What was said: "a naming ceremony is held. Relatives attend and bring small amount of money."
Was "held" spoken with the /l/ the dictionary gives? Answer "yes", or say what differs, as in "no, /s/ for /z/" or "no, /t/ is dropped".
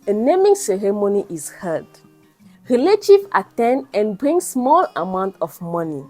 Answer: no, /l/ is dropped